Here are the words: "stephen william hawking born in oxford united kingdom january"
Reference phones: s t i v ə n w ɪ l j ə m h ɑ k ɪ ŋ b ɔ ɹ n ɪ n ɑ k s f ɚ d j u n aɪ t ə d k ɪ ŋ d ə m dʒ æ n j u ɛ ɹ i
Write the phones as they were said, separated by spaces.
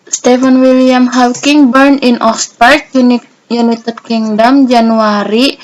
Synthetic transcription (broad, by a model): s t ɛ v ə n w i l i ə m h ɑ k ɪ ŋ b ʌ ɹ n ɪ n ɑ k s p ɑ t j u n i t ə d k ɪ ŋ d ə m dʒ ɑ n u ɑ ɹ i